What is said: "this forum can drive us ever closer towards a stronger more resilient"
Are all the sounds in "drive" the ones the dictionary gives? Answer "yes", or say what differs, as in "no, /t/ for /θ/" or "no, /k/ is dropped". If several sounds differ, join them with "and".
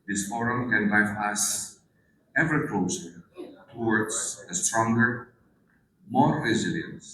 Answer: no, /p/ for /v/